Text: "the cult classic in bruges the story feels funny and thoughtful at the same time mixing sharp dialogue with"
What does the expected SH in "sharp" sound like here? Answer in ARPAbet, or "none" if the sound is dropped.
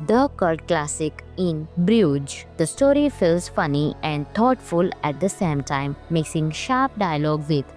SH